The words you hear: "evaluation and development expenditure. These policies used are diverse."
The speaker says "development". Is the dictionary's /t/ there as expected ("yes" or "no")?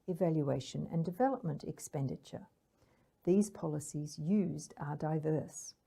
yes